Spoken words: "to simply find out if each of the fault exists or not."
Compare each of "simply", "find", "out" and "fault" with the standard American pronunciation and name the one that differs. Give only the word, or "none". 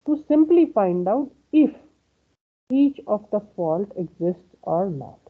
none